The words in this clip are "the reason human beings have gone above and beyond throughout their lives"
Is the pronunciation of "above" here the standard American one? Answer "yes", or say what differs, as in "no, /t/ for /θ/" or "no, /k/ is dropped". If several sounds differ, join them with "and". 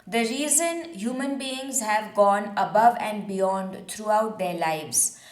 yes